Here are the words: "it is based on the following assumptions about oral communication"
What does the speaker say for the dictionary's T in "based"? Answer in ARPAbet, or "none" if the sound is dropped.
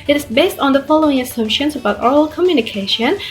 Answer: T